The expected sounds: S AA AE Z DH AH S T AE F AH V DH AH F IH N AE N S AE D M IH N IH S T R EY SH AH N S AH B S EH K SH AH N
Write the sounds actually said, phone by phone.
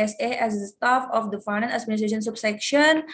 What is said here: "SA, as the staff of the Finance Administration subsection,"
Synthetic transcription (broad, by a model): S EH AE Z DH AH S T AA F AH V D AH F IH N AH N AE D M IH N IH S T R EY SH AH N S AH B S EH K SH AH N